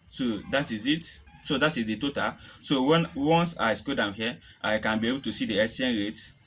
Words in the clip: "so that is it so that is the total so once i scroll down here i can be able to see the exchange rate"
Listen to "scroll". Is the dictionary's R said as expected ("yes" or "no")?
no